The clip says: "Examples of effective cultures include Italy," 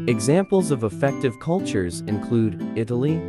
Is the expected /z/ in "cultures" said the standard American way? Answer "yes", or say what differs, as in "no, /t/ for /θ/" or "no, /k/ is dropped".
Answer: yes